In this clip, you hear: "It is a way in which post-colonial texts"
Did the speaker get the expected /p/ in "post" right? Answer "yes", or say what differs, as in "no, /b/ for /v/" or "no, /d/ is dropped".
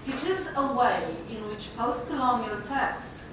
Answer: yes